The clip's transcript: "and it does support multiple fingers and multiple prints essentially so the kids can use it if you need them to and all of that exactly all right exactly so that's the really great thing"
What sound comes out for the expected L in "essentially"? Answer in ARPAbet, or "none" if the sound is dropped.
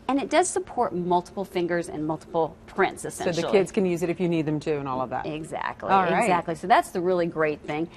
none